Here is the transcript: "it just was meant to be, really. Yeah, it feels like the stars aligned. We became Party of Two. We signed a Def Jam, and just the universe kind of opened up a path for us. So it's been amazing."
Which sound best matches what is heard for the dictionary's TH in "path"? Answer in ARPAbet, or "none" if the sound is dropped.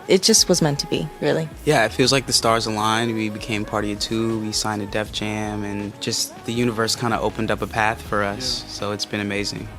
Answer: TH